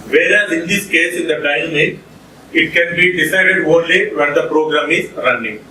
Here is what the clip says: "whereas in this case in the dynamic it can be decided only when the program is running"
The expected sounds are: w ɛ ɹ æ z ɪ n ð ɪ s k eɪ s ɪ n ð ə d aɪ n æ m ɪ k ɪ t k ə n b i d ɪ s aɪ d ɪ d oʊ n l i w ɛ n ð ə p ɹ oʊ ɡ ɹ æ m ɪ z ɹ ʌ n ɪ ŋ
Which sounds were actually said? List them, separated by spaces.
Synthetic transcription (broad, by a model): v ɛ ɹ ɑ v ɪ n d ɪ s k eɪ s ɪ n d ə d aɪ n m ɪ ɪ t k ə n b i d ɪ s aɪ d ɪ d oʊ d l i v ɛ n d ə p ɹ oʊ ɡ ɹ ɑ m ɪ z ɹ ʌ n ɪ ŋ